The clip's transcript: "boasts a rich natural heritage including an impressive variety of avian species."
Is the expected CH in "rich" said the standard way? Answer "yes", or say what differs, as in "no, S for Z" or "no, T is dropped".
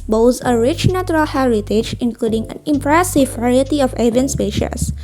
yes